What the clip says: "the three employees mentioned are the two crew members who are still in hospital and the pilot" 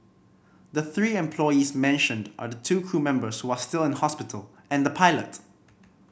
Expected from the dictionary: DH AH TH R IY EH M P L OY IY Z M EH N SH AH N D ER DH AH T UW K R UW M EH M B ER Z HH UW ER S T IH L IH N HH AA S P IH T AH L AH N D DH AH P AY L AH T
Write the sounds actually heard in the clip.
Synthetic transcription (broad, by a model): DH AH TH R IY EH M P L OY IY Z M EH N SH AH N D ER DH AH T UW K R UW M EH M B ER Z HH UW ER S T IH L IH N HH AA S P IH T AH L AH N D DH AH P AY L AH T